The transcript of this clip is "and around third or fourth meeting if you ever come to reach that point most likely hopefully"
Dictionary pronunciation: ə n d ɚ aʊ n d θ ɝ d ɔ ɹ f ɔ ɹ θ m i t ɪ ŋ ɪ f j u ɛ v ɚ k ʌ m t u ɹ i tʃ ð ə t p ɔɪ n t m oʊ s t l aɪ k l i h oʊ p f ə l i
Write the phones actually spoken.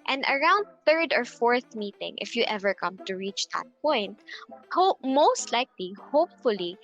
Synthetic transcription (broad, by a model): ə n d ɚ aʊ n d θ ɝ d ɔ ɹ f ɔ ɹ θ m i t ɪ ŋ ɪ f j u ɛ v ɚ k ʌ m t u ɹ i tʃ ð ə t p ɔɪ n t m oʊ s t l aɪ k l i h oʊ p f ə l i